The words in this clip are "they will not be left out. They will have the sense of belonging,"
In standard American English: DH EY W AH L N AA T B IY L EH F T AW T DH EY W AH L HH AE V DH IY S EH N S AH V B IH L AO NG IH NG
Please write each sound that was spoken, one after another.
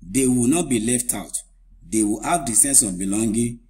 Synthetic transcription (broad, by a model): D EY W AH N AA T B IY L EH F T AW T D EY W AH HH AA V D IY S EH N S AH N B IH L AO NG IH